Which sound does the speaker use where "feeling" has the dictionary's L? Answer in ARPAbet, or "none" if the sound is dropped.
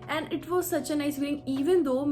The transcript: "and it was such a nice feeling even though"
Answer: none